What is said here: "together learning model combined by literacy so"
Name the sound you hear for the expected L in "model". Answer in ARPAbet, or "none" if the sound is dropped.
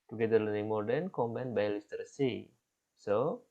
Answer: N